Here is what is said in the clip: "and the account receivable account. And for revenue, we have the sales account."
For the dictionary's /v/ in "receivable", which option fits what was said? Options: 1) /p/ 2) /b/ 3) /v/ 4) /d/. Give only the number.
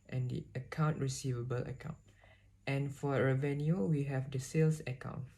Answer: 3